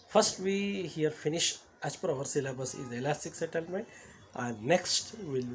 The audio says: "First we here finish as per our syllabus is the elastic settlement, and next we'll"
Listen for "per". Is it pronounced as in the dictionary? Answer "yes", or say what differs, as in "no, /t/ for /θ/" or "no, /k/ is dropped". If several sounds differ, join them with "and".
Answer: yes